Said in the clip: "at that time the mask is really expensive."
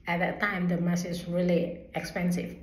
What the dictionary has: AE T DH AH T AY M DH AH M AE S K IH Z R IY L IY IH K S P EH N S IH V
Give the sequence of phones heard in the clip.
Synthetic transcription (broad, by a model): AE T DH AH T AY M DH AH M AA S IH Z R IY L IY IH K S P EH N S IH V